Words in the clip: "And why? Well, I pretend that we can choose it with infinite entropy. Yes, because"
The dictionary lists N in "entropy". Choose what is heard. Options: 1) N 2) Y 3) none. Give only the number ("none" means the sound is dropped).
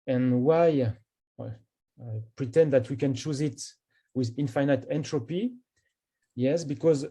1